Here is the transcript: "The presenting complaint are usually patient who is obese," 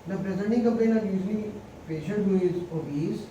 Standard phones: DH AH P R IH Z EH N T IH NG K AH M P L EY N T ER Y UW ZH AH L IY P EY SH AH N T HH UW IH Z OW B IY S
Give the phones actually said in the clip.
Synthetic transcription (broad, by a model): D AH P R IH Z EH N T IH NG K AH M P EY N ER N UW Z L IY P EY SH AH N T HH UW IH Z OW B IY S